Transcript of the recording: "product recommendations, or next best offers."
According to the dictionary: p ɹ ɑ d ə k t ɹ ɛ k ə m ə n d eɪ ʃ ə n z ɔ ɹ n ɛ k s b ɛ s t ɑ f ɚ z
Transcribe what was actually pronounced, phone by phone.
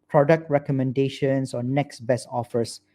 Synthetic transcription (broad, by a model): p ɹ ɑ d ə k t ɹ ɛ k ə m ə n d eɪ ʃ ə n s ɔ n n ɛ k s b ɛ s ɑ f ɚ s